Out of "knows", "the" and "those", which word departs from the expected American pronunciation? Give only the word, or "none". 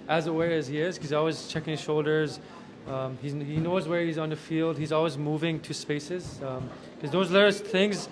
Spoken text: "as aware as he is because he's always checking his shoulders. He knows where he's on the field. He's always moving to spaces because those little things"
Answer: none